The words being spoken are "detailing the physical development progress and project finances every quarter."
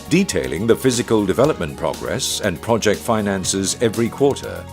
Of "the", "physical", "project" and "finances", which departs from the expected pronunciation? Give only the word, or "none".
none